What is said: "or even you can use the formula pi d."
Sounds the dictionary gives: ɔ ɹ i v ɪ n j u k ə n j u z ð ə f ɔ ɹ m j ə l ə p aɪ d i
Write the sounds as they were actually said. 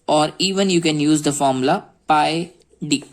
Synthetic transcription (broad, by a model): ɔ ɹ i v ɪ n j u k ə n j u z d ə f ɔ ɹ m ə l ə p aɪ d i